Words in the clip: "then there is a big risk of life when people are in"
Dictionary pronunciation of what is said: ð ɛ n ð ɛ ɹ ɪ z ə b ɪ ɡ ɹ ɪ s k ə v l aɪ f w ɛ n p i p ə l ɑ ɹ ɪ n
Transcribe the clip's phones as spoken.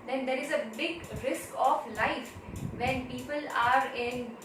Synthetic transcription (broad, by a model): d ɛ n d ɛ ɹ ɪ z ə b ɪ ɡ ɹ ɪ s k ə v l aɪ f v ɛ n p i p ə l ɑ ɹ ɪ n